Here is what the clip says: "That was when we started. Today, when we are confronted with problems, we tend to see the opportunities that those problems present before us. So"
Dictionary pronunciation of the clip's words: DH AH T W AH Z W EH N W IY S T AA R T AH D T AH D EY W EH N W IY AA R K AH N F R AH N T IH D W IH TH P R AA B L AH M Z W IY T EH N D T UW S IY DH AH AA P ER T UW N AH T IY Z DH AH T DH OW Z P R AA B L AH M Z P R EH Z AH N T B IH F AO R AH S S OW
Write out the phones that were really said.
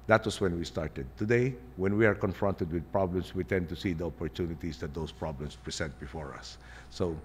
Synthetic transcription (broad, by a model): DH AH T W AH S W EH N W IY S T AA R T AH D T AH D EY W EH N W IY AA R K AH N F R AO N T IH D W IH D P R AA B L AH M S W IY T EH N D T UW S IY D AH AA P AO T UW N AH T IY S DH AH T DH OW S P R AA B L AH M S P R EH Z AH N T B IH F AO R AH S S OW